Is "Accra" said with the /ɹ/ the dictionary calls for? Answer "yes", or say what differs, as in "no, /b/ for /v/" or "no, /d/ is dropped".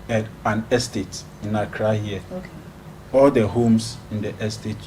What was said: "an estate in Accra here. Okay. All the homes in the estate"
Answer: yes